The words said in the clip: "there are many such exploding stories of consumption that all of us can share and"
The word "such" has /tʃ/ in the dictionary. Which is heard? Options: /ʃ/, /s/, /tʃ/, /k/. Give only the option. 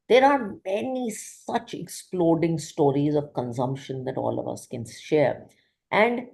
/tʃ/